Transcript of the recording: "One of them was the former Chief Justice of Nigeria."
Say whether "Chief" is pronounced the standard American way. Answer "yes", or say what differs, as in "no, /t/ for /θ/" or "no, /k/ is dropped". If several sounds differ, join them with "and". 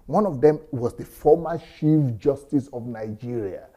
no, /ʃ/ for /tʃ/